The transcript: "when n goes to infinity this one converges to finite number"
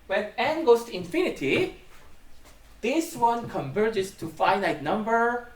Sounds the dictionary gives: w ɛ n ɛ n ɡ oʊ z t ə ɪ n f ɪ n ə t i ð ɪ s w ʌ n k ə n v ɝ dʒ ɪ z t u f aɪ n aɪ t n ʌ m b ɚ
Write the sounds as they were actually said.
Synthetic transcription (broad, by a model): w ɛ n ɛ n ɡ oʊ s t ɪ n f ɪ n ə t i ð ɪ s w ʌ n k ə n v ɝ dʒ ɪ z t u f aɪ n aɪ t n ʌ m b ɚ